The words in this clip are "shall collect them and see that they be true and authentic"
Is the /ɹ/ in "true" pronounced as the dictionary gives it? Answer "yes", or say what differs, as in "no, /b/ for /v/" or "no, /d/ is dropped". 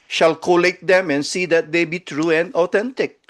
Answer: yes